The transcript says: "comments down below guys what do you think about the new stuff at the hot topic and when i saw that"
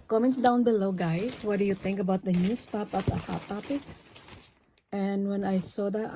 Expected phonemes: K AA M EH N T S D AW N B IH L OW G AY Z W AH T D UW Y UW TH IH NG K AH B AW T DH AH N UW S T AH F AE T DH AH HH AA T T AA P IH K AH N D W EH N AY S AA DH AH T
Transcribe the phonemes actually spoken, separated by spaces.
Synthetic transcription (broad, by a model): K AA M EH N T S D AW N B IH L OW G AY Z W AH T D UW Y UW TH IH NG K AH B AW T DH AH N UW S T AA P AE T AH HH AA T T AA P IH K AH N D W EH N AY S AA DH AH T